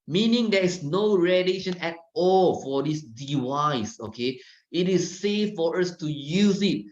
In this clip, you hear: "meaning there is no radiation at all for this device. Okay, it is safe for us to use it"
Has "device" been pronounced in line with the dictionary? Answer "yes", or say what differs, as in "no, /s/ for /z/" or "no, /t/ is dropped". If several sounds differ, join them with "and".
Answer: no, /w/ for /v/